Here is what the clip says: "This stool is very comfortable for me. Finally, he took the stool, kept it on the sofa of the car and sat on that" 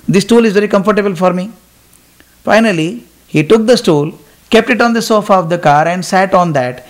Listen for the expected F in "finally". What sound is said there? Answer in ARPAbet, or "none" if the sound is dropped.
F